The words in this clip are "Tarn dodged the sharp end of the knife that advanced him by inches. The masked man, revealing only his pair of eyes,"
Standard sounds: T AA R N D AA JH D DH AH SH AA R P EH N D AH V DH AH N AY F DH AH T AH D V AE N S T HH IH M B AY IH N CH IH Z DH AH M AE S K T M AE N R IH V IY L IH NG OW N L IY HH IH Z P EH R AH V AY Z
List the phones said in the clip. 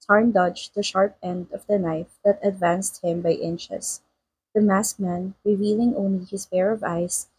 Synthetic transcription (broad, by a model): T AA R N D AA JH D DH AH SH AA R P EH N D AH V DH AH N AY F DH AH T AH D V AE N S T HH IH M B AY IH N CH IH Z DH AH M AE S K M AE N R IH V IY L IH NG OW N L IY HH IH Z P EH R AH V AY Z